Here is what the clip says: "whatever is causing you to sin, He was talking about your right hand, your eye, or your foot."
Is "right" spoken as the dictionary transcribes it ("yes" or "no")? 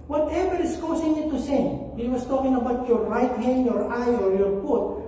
yes